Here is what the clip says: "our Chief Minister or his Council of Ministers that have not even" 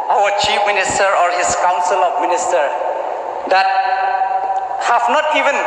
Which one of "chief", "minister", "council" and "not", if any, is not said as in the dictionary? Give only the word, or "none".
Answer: none